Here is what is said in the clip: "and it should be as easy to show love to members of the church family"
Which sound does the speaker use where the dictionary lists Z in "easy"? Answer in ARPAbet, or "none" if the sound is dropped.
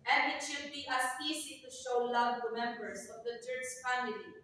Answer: S